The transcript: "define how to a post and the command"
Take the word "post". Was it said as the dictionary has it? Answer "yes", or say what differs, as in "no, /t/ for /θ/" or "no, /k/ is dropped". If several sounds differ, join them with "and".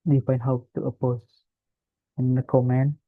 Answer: no, /t/ is dropped